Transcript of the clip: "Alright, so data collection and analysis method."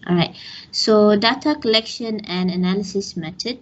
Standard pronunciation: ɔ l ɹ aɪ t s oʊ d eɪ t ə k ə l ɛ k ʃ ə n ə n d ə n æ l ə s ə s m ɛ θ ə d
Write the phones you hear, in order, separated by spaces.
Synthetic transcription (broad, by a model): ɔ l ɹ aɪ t s oʊ d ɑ t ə k ə l ɛ k ʃ ə n ə n d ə n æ l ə s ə s m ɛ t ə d